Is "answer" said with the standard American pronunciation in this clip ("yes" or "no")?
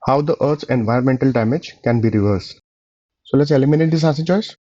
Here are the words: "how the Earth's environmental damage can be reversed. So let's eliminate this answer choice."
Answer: no